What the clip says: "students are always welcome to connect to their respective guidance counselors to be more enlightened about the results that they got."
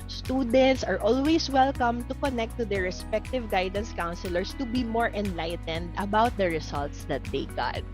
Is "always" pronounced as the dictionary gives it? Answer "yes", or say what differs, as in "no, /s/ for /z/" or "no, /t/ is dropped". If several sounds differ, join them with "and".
no, /s/ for /z/